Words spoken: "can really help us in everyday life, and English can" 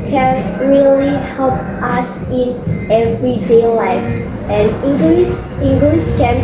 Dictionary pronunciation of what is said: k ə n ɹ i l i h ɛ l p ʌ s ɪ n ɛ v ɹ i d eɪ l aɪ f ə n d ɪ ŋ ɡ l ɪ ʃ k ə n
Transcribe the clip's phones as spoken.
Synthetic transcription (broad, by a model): k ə n ɹ i l i h ɛ l p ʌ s ɪ n ɛ v ɹ i d eɪ l aɪ f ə n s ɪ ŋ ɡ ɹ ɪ s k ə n